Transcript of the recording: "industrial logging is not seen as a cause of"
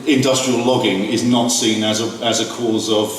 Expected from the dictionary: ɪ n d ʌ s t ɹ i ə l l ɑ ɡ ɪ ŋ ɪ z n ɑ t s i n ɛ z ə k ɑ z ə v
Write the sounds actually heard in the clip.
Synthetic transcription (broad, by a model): ɪ n d ʌ s t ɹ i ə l l ɑ ɡ ɪ ŋ ɪ z n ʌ t s i n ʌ z ə k ɑ z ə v